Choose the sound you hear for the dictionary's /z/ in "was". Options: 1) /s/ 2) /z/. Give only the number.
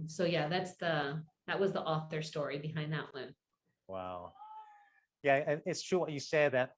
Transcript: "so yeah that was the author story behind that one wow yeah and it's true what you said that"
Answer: 2